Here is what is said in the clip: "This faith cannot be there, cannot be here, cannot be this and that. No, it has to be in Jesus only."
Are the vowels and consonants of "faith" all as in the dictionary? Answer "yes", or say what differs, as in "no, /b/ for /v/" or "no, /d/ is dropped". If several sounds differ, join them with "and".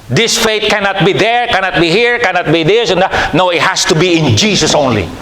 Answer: no, /t/ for /θ/